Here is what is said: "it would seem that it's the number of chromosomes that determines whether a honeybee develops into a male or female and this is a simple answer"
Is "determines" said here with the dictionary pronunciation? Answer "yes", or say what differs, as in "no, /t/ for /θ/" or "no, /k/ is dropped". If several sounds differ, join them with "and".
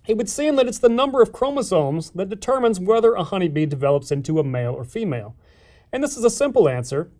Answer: yes